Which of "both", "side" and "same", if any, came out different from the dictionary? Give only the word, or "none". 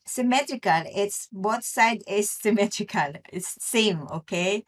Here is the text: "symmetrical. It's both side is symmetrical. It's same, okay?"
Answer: both